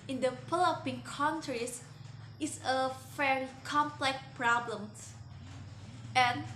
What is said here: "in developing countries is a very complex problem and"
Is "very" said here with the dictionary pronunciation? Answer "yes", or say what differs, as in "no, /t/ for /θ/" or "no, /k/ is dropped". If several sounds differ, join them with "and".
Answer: no, /f/ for /v/